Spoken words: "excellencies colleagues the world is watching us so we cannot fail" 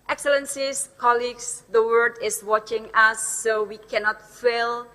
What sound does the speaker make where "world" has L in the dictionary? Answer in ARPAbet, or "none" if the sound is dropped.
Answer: none